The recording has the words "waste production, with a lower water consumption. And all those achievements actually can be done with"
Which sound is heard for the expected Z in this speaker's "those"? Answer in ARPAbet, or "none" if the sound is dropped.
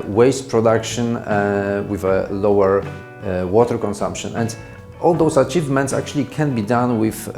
S